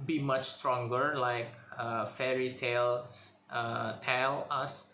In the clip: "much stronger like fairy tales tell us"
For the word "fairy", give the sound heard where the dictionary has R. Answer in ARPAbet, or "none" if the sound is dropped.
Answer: R